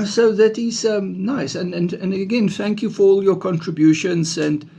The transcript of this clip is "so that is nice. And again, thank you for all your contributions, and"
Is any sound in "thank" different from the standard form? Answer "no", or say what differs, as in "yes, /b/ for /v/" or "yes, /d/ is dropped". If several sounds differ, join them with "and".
no